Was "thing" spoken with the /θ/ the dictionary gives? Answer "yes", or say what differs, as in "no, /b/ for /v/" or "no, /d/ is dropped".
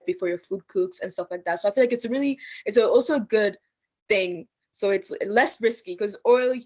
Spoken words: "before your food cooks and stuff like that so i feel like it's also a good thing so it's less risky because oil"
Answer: yes